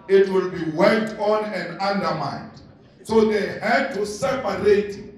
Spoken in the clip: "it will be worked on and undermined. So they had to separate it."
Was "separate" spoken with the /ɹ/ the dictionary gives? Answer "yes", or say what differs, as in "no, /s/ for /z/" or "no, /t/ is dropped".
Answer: no, /ɹ/ is dropped